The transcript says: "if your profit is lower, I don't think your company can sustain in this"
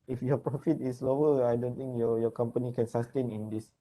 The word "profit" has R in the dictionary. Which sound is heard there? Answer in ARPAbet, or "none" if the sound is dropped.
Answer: R